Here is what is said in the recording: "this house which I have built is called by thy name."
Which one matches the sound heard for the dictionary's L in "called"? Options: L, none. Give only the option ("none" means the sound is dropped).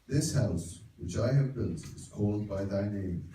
L